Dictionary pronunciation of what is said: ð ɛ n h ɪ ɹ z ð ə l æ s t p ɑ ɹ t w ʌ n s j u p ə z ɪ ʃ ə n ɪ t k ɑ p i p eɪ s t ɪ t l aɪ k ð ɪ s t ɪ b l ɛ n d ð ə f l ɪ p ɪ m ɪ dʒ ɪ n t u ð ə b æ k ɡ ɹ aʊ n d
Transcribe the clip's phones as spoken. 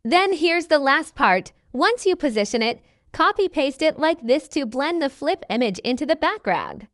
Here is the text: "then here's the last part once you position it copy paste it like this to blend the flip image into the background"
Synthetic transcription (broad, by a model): ð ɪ n h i ɹ z ð ə l æ s t p ɑ ɹ t w ʌ n s j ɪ p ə z ɪ ʃ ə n ɪ t k ɑ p i p eɪ s t ɪ t l aɪ k ð ɪ s t ɪ b l ɛ n ð ə f l ɪ p ɪ m ɪ dʒ ɪ n t u ð ə b æ k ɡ ɹ aʊ n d